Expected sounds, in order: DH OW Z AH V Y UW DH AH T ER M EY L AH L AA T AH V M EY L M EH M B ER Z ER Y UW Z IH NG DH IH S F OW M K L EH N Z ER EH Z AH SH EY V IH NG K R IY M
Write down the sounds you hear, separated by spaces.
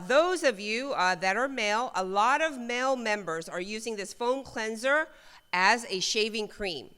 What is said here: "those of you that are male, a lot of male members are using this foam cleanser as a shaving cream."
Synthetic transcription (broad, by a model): DH OW Z AH V Y UW DH AH T ER M EY L AH L AA T AH V M EY L M EH M B ER Z ER Y UW Z IH NG DH IH S F OW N K L EH N Z ER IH Z AH SH EY V IH NG K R IY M